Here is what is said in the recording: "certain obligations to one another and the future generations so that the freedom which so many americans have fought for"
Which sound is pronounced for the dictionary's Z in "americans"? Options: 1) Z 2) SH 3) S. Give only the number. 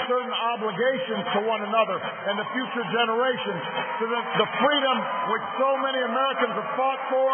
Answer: 1